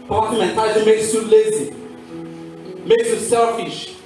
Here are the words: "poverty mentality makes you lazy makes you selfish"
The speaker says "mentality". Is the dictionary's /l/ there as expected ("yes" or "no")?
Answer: no